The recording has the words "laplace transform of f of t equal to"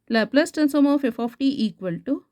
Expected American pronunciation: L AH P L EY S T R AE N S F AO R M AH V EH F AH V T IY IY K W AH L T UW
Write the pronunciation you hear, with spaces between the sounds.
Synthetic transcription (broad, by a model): L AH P L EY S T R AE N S AO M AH F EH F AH P T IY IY K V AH L T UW